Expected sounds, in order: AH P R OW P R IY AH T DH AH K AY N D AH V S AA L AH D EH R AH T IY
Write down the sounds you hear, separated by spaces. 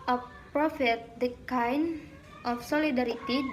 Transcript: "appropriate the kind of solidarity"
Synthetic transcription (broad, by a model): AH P P R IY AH T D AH K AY N AH F S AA L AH D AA R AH T IY